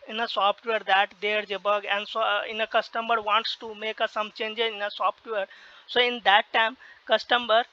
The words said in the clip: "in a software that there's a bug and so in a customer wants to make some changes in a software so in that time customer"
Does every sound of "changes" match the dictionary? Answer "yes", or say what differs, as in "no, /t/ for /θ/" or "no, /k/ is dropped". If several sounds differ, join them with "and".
no, /z/ is dropped